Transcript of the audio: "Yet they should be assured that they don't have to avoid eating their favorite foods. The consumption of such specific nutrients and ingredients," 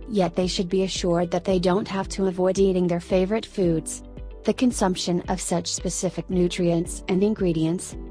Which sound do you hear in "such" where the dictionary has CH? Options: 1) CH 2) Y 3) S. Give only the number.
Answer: 1